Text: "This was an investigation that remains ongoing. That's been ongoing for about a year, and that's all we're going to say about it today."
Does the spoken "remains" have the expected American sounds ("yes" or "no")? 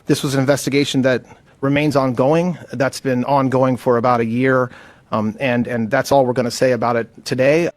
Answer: yes